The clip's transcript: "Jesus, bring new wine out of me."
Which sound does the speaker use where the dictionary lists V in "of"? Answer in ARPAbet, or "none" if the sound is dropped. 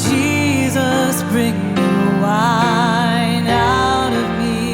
V